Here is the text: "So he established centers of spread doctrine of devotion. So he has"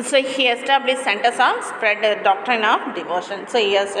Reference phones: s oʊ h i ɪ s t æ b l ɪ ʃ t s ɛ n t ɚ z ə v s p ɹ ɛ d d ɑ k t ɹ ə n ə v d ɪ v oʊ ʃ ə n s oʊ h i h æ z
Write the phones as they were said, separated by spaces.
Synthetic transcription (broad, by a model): s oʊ h i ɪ s t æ b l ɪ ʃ s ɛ n t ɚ s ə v s p ɹ ɛ d d ɑ k t ɹ ə n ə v d ɪ v oʊ ʃ ə n s oʊ h i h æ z